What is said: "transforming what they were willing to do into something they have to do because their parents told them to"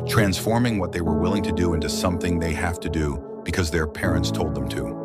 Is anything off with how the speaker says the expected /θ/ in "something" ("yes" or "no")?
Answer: no